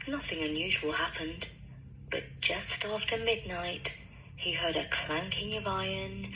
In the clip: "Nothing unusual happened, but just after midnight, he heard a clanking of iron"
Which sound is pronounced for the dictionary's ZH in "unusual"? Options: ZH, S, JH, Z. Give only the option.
ZH